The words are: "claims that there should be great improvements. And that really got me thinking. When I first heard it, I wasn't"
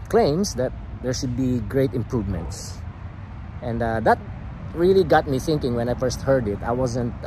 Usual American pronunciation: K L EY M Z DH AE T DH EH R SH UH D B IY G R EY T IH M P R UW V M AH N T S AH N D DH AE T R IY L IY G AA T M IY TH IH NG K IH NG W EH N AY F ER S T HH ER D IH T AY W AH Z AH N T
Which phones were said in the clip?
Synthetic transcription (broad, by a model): K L EY M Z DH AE T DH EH R SH UH D B IY G R EY T IH M P R UW V M AH N T S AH N D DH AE T R IY L IY G AA T M IY TH IH NG K IH NG W EH N AY F ER S T HH ER D IH T AY W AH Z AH N T